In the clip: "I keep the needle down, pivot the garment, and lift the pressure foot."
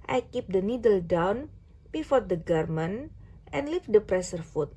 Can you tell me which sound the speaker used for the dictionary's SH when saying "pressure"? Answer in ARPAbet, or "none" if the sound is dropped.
S